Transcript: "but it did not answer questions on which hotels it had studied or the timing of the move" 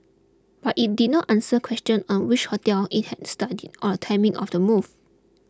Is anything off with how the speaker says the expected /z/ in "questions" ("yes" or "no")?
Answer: yes